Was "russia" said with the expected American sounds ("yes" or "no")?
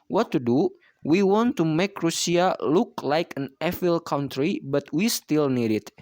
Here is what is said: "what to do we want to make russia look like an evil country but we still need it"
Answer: no